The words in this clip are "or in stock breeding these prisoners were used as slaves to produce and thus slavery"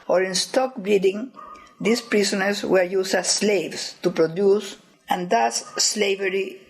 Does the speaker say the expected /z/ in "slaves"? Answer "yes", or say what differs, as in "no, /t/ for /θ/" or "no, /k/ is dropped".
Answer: no, /s/ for /z/